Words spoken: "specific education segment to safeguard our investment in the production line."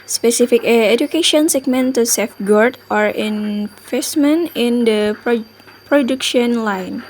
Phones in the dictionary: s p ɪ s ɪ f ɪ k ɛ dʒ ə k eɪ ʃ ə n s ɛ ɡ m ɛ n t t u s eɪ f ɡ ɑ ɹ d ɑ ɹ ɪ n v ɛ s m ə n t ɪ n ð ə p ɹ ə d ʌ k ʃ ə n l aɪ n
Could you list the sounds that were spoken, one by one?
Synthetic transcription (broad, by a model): s p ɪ s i f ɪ k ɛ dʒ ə k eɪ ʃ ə n s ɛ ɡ m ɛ n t t u s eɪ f ɡ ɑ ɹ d ɑ ɹ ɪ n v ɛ s m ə n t ɪ n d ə p ɹ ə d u k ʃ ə n l aɪ n